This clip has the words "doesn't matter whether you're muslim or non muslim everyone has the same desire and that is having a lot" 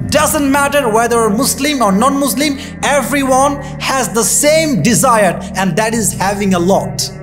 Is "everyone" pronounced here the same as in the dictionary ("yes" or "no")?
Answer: yes